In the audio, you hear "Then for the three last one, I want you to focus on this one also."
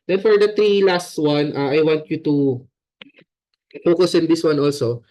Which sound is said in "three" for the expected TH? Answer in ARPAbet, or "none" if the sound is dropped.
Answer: T